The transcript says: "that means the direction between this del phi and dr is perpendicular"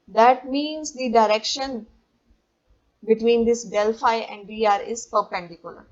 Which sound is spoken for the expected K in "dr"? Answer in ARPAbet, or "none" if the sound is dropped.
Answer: none